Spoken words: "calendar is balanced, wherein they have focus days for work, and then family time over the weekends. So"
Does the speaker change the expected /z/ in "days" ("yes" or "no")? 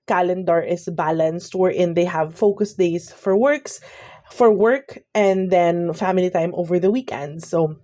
yes